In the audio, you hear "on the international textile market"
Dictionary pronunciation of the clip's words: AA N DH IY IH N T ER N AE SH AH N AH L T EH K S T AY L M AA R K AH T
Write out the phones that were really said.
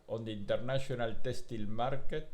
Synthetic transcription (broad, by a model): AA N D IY N T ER N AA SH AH N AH L T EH S T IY L M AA R K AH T